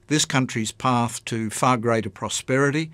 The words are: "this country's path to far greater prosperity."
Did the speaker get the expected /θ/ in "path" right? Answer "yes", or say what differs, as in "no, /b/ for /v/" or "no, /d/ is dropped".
yes